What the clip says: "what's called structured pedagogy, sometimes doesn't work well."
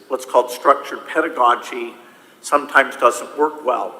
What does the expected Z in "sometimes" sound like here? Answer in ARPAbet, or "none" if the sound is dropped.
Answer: Z